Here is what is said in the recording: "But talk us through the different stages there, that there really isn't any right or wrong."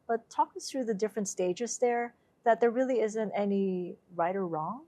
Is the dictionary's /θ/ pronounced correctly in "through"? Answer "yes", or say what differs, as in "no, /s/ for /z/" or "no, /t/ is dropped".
yes